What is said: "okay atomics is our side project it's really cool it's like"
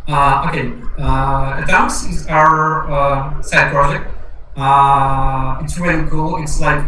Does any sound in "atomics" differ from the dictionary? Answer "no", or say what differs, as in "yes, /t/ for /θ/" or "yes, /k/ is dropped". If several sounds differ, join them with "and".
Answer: yes, /m/ is dropped and /k/ is dropped